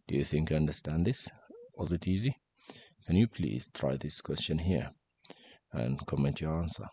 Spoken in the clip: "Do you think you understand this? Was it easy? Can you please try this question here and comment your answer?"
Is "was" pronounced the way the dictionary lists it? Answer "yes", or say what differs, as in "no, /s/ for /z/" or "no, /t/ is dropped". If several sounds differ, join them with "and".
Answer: yes